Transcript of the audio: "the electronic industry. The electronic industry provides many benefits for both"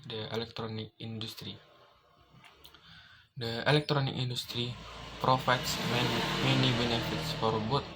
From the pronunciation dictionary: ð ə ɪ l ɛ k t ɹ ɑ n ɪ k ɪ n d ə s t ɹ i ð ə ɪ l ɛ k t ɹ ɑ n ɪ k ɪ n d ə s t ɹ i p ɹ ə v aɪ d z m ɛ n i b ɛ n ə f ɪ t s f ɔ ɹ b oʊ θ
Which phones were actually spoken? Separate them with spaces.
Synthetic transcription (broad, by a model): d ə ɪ l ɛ k t ɹ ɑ n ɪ k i n d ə s t ɹ i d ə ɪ l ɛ k t ɹ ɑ n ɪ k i n d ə s t ɹ i p ɹ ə f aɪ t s m ɛ n i b ɛ n ə f ɪ t s f ɔ ɹ b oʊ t